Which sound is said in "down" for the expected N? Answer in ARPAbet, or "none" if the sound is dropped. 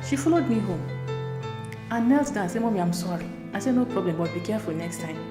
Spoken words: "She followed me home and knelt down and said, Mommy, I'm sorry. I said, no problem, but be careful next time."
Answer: none